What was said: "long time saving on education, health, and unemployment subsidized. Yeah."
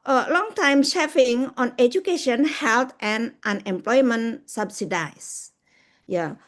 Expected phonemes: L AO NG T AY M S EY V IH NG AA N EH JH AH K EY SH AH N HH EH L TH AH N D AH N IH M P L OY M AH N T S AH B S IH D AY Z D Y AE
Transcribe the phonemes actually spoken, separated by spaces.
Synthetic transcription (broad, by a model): L AO NG T AY M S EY F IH NG AA N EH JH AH K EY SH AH N HH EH L T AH N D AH N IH M P L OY M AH N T S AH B S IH D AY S Y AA